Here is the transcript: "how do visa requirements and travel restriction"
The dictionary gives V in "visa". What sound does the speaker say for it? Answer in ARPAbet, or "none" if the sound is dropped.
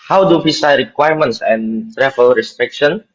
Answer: P